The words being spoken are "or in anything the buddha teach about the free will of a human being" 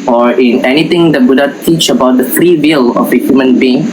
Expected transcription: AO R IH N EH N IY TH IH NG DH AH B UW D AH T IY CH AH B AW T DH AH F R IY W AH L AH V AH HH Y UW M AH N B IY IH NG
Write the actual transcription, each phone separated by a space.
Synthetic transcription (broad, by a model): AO R IH N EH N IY T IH NG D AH B UW D AH T IY CH AH B AW T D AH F R IY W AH L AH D AH HH Y UW M AH N B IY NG